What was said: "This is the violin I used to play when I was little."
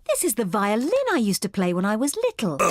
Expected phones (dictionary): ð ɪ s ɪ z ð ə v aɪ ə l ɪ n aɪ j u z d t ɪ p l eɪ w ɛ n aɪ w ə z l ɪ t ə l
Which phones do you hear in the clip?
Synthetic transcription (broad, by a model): ð ɪ s ɪ z ð ə v aɪ ə l ɪ n aɪ j u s t ɪ p l eɪ w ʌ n aɪ w ə z l ɪ t l